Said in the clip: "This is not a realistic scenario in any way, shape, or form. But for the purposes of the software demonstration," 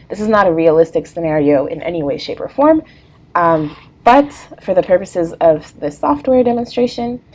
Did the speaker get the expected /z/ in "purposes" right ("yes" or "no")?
yes